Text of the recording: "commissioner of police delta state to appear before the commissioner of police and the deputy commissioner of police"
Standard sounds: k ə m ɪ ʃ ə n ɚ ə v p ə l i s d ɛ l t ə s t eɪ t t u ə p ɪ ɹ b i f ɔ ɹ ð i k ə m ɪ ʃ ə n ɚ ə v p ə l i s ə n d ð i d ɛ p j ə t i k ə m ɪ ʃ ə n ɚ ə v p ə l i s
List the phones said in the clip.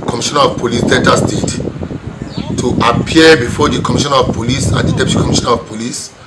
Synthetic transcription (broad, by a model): k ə m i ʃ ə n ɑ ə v p ə l i s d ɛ n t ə s t eɪ t t u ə p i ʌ b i f ɔ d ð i k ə m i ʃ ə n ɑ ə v p ə l i s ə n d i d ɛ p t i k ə m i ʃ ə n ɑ ə v p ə l i s